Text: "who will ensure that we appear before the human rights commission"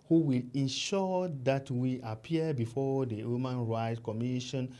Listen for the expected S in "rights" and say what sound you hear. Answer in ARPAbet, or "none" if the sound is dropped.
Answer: none